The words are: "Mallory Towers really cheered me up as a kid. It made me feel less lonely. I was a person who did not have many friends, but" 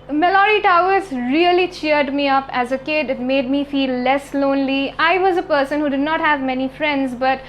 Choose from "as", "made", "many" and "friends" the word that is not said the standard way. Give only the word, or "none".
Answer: none